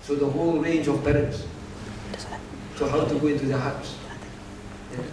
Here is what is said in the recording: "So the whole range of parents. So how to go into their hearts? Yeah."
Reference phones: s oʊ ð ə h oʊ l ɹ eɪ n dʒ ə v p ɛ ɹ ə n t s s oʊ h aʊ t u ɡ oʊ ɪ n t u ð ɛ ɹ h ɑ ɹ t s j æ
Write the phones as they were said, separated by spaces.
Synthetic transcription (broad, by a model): s oʊ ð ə h oʊ l ɹ eɪ n dʒ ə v b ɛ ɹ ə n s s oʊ h aʊ t u ɡ oʊ ɪ n t u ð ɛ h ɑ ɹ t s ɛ